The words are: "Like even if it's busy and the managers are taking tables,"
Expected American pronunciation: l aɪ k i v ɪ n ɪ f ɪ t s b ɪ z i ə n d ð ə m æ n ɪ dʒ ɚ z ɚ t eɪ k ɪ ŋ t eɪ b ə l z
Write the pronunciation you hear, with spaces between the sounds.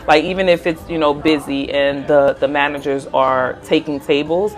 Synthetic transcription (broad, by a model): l aɪ k i v ɪ n ɪ f ɪ t s b ɪ z i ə n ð ð ə m æ n ɪ dʒ ɚ z ɚ t eɪ k ɪ ŋ t eɪ b l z